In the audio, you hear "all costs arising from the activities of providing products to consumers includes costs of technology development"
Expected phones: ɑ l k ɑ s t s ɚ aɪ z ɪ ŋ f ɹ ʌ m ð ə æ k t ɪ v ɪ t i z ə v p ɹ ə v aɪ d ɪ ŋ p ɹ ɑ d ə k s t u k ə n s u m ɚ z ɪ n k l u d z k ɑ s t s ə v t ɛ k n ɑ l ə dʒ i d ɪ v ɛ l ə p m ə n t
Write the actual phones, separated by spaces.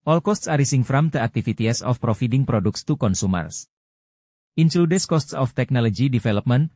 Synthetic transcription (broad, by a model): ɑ l k ɑ s t s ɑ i s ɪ ŋ f ɹ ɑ m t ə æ k t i f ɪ t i s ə f p ɹ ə f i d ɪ ŋ p ɹ ɑ d ə k s t u k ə n s u m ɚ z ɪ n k l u d s k ɑ s t s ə f t ɛ k n ɑ l ə dʒ i d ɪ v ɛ l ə p m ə n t